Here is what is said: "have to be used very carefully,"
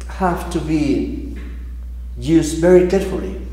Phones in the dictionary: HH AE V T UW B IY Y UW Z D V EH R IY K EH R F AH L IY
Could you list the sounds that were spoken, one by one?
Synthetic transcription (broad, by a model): HH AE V T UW B IY Y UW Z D V EH R IY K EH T F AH L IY